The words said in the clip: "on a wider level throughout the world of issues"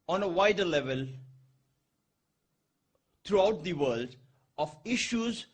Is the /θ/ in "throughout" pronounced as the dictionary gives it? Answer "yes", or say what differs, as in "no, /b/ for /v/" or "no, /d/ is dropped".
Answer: no, /t/ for /θ/